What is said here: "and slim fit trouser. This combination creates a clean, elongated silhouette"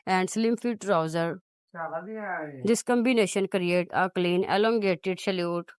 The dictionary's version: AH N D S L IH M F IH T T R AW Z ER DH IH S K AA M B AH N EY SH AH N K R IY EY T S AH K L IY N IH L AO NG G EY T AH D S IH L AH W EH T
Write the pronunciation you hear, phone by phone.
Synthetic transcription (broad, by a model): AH N D S L IH M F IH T T R AW Z ER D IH S K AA M B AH N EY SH AH N K R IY EY T AH K L IY N IH L AO NG G EY T AH D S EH L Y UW T